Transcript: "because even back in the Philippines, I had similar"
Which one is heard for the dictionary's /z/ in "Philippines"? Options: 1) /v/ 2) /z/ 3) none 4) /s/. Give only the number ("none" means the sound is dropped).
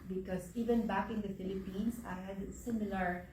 4